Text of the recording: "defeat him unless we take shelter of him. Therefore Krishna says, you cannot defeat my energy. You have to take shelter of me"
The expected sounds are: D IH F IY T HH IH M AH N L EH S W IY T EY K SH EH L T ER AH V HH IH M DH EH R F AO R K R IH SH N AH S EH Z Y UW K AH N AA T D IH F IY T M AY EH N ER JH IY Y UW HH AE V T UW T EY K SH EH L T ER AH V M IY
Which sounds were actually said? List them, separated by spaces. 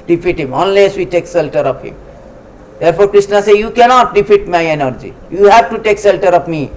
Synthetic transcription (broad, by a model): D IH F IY T HH IH M AH N L EH S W IY T EY K S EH L T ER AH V HH IH M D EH R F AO R K R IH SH N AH S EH Y UW K AH N AA T D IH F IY T M AY EH N ER JH IY Y UW HH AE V T UW T EY K S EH L T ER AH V M IY